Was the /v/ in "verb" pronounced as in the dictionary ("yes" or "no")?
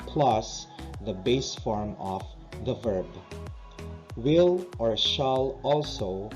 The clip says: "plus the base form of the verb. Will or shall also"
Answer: yes